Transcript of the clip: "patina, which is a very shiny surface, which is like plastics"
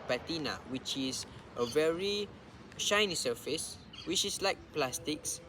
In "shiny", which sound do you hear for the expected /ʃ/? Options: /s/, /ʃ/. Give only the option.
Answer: /ʃ/